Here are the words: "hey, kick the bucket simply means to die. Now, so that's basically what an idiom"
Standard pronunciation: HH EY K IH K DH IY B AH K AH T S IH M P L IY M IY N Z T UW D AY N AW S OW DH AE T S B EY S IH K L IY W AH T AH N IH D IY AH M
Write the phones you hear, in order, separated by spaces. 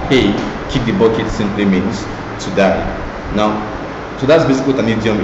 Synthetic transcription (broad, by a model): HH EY K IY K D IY B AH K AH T S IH M P L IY M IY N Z T UW D AY N AW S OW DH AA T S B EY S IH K IY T AH N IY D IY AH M